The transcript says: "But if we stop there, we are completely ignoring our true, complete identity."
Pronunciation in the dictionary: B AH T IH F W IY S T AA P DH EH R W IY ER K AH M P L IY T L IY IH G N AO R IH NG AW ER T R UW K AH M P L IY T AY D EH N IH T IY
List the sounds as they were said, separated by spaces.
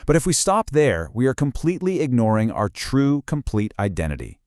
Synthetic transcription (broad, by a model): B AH T IH F W IY S T AA P DH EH R W IY ER K AH M P L IY T L IY IH G N AO R IH NG AW ER T R UW K AH M P L IY T AY D EH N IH T IY